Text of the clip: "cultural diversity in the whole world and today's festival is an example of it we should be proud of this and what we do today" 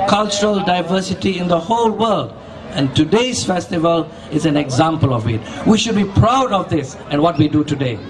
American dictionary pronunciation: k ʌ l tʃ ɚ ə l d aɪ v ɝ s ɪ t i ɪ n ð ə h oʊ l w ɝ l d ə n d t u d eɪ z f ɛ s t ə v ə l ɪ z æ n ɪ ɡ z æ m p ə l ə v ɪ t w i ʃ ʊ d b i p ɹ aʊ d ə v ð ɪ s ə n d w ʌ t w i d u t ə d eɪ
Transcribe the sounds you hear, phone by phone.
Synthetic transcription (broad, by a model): k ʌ l tʃ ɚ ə l d aɪ v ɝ s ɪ t i ɪ n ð ə h oʊ l w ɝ l d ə n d t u d eɪ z f ɛ s t ə v ə l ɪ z æ n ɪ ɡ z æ m p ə l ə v ɪ t w i ʃ ʊ d b i p ɹ aʊ d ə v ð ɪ s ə n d w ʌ t w i d u t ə d eɪ